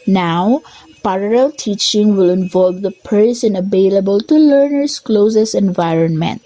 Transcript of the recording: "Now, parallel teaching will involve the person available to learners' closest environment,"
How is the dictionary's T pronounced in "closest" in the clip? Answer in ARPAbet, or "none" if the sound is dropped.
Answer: none